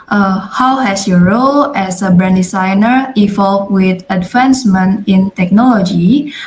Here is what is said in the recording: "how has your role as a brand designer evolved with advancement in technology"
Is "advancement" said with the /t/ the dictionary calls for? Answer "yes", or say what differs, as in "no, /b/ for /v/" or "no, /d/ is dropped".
no, /t/ is dropped